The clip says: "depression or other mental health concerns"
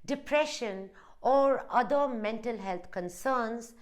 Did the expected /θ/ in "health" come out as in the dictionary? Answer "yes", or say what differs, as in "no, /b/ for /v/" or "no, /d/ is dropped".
no, /t/ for /θ/